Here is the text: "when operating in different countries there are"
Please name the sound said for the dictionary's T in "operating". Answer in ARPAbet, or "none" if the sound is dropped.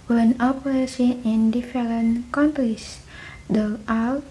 S